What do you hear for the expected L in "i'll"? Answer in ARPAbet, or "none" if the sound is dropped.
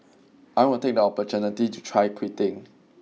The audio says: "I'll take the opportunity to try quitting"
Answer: N